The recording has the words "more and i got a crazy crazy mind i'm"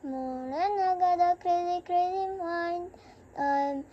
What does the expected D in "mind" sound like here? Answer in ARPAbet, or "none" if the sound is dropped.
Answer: none